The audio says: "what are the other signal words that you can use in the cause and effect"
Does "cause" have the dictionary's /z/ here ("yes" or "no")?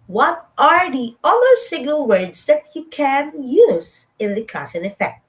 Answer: no